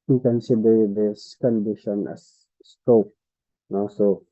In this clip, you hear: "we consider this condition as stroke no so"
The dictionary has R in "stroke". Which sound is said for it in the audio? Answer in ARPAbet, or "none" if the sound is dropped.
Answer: none